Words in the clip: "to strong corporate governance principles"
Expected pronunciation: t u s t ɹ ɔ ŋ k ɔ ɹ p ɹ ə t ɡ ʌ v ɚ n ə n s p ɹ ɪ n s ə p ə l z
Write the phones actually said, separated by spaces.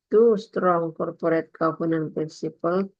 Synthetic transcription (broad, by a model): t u s t ɹ ɔ ŋ k ɔ ɹ p ɹ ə t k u p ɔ n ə n p ɹ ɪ n s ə p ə l